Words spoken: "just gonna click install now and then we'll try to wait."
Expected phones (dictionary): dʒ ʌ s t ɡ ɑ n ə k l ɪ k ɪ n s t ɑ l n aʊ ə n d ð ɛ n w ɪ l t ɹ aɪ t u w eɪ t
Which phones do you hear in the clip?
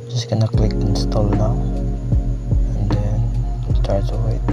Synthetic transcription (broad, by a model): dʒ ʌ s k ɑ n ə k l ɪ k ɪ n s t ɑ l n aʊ ə n d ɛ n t aɪ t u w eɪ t